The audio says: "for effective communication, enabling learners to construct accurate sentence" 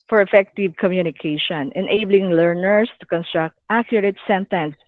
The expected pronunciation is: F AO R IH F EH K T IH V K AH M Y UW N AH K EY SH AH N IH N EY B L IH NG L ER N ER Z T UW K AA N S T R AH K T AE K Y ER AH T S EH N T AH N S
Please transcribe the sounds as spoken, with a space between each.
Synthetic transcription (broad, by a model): F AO R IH F EH K T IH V K AH M Y UW N AH K EY SH AH N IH N EY B L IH NG L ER N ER S T UW K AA N S T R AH K T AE K Y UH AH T S EH N T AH N S